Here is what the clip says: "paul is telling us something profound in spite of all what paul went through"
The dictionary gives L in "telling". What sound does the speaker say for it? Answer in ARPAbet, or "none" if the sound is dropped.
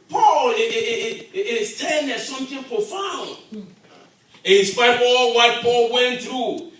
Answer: N